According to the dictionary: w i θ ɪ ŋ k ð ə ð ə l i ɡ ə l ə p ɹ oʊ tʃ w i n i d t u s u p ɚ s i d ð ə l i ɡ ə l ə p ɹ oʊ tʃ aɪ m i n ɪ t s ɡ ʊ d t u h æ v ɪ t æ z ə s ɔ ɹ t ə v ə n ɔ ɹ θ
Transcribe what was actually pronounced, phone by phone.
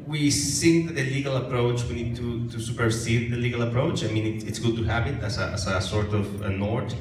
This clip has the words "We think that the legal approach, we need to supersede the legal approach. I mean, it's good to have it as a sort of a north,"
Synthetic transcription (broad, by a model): w i s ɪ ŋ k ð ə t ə l i ɡ ə l ə p ɹ oʊ tʃ w i n i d t u s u p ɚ s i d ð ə l i ɡ ə l ə p ɹ oʊ tʃ aɪ m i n ɪ t s ɡ ʊ d t u h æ v ɪ t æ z ə s ɔ ɹ t ə v ə n ɔ ɹ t